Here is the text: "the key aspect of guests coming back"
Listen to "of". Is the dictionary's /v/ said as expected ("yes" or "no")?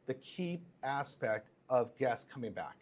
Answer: yes